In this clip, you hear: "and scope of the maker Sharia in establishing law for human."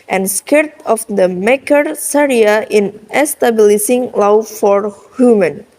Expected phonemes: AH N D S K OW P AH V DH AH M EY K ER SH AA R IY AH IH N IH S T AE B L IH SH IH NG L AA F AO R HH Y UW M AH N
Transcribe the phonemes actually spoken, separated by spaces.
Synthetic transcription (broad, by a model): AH N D S K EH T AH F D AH M EY K ER S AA R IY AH IH N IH S T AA B L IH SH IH NG L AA F AO R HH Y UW M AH N